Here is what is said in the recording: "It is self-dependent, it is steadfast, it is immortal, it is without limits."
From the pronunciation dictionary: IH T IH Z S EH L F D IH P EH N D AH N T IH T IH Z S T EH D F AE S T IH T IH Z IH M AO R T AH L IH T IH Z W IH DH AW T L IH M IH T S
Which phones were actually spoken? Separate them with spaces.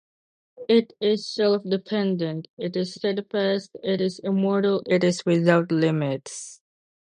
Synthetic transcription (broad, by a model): IH T IH Z S EH L F D IH P EH N D AH N T IH T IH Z S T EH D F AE S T IH T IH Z IH M AO R T AH L IH T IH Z W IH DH AW T L IH M IH T S